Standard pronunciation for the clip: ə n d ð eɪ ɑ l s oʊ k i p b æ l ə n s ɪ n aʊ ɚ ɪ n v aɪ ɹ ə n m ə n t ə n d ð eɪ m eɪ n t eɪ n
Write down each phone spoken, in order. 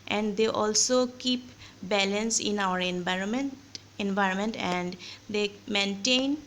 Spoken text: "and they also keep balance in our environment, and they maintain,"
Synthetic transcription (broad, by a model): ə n d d eɪ ɑ l s oʊ k i p b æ l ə n s ɪ n aʊ ɚ ɪ n v aɪ ɹ ə n m ə n t ə n d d eɪ m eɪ n t eɪ n